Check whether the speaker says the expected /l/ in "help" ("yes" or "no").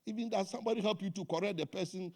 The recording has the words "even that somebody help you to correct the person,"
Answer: yes